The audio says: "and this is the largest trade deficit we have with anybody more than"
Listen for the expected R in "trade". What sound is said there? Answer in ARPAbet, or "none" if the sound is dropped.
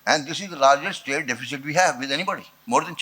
none